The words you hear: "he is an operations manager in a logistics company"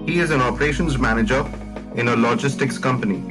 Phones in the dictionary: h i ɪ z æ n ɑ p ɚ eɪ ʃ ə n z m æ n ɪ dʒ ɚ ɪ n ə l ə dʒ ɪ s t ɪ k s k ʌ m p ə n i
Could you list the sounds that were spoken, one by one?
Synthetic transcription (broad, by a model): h i ɪ z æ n ɑ p ɚ eɪ ʃ ə n z m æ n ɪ dʒ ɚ ɪ n ə l ə dʒ ɪ s t ɪ k s k ʌ m p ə n i